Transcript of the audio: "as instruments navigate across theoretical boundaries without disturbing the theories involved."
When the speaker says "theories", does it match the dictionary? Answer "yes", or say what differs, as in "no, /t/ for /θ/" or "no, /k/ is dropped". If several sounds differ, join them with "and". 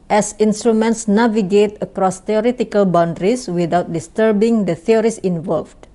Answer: no, /s/ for /z/